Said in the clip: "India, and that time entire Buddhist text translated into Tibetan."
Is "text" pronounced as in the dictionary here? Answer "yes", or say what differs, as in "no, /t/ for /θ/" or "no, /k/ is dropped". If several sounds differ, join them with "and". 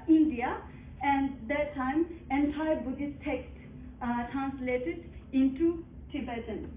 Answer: no, /s/ is dropped